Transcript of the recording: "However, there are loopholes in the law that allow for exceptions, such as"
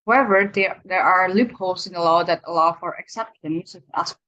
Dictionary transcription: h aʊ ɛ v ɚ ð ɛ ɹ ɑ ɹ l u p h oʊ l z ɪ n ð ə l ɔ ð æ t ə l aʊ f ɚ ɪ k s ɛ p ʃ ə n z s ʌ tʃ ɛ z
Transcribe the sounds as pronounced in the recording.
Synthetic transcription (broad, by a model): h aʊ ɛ v ɚ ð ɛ ɹ ɑ ɹ l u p h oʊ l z ɪ n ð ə l ɔ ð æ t ə l aʊ f ɚ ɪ k s ɛ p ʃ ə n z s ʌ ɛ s